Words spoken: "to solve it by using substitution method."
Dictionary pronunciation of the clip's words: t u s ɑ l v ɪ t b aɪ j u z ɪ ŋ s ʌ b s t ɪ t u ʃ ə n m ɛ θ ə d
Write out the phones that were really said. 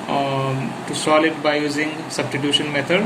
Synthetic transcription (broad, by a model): t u s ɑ l ɪ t b aɪ j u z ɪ ŋ s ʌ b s t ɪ t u ʃ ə n m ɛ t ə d